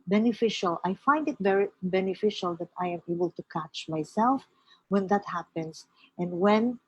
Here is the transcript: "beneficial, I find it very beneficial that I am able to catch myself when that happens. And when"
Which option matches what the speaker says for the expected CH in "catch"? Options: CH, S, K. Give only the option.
CH